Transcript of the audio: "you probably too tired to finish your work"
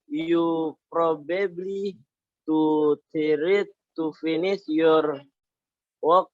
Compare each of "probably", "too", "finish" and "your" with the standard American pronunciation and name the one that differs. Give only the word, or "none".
finish